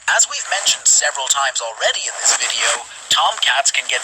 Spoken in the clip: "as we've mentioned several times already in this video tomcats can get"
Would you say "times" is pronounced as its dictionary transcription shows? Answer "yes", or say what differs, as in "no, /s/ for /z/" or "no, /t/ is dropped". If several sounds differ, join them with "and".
yes